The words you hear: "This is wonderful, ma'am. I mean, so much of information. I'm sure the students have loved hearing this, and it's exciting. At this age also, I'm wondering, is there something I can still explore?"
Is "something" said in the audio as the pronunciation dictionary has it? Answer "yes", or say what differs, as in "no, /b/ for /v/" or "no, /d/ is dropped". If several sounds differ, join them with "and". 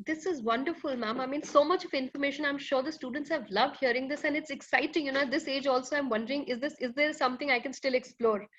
no, /t/ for /θ/